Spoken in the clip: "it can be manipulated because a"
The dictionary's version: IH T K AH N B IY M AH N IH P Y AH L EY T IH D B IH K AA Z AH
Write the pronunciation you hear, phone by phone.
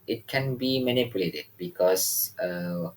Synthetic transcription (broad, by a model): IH T K AH N B IY M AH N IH P Y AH L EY T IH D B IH K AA S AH